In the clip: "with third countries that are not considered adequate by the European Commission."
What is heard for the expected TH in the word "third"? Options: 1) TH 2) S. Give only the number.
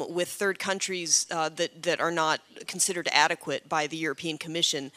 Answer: 1